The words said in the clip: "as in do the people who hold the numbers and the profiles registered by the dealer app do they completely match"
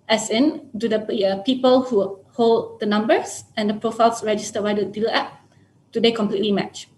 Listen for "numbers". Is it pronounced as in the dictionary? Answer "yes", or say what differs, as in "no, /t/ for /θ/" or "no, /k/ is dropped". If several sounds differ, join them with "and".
no, /s/ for /z/